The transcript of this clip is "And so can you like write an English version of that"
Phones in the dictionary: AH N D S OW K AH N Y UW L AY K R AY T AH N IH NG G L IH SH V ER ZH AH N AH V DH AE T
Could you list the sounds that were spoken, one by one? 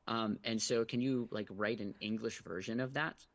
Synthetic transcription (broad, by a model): AH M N S OW K AH N Y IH L AY K R AY T AH N IH NG G L IH SH V ER ZH AH N AH V DH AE T